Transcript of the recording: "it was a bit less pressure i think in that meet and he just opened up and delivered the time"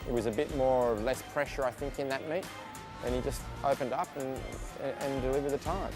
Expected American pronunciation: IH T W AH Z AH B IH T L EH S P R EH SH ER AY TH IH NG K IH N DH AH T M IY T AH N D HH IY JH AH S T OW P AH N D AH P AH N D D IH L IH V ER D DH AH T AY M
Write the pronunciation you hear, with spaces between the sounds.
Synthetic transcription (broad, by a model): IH T W AH Z AH B IH T L EH S P R EH SH ER AY TH IH NG K IH N DH AH T M IY T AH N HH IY JH AH S T OW P AH N D AH P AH N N D IH L IH V ER D DH AH T AY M